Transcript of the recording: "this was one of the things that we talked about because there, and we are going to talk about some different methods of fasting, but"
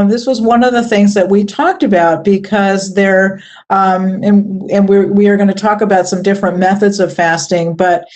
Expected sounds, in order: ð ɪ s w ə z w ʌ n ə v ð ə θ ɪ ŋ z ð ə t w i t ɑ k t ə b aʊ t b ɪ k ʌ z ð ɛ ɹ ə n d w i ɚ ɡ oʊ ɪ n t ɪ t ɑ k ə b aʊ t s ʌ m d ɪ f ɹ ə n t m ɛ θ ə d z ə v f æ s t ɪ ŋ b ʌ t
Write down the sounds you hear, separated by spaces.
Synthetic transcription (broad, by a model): ð ɪ s w ə z w ʌ n ə v ð ə θ ɪ ŋ z ð ə t w i t ɑ k t ə b aʊ t b ɪ k ʌ z ð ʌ ɹ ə n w w i ɚ ɡ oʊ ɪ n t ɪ t ɑ k ə b aʊ t s ʌ m d ɪ f ɹ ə n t m ɛ θ ə d z ə v f æ s t ɪ ŋ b ʌ t